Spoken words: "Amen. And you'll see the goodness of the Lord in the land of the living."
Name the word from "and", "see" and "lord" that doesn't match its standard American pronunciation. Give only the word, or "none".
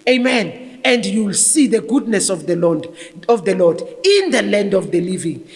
lord